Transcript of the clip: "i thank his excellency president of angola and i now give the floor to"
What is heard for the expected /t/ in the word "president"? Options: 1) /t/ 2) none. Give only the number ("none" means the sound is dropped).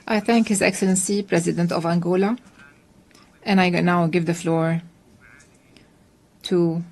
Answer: 1